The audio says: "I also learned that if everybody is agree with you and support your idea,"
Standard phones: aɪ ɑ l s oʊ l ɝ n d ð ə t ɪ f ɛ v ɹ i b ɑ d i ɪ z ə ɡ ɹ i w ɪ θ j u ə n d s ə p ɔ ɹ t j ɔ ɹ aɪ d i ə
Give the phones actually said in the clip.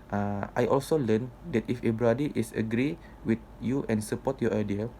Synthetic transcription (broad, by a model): aɪ ɑ l s oʊ l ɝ n d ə t ɪ f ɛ b ɹ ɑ d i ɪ s ə ɡ ɹ i w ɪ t j u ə n s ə p ɔ t j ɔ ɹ aɪ d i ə